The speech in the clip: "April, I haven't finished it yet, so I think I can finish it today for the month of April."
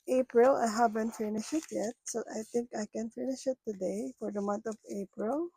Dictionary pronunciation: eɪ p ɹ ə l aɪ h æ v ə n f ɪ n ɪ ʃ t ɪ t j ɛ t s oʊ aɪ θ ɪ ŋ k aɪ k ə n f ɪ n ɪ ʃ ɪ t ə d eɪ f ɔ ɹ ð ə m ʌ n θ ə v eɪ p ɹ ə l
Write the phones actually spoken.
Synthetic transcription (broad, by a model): eɪ p ɹ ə l aɪ h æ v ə n f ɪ n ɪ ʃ ɪ t j ɛ t s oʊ aɪ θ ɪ ŋ k aɪ k ə n f ɪ n ɪ ʃ ɪ t ə d eɪ f ɔ ɹ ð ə m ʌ n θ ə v eɪ p ɹ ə l